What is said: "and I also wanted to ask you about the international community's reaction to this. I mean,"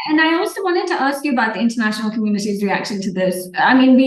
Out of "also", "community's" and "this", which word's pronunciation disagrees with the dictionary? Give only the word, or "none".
none